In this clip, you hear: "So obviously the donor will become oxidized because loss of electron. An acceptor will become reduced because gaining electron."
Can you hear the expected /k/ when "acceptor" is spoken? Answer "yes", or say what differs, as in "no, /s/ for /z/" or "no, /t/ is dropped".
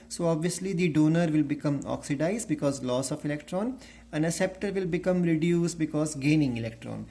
no, /k/ is dropped